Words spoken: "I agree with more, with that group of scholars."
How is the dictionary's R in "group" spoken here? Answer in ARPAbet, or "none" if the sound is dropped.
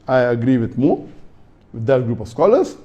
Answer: R